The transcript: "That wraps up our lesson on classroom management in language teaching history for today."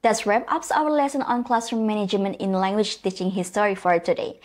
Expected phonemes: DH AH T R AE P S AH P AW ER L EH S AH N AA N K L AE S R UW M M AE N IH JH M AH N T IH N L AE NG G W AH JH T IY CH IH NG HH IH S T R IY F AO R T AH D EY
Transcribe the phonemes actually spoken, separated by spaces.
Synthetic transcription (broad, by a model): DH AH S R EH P AH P AW ER L EH S AH N AA N K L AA S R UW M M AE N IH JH M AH N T IH N L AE NG G W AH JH T IY CH IH NG HH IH S T R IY F AO R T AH D EY